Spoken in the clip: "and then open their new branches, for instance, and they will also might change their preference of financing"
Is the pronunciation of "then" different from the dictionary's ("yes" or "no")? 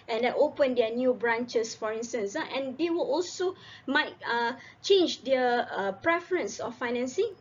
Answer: yes